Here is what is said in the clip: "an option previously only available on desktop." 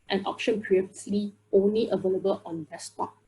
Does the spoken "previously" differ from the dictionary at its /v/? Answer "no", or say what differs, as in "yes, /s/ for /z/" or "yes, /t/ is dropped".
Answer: yes, /v/ is dropped